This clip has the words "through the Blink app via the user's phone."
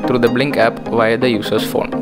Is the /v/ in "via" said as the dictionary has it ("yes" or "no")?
yes